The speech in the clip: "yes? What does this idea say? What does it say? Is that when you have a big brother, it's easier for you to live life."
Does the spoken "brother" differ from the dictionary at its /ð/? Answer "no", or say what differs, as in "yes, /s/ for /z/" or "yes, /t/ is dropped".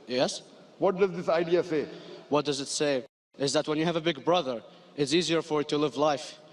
no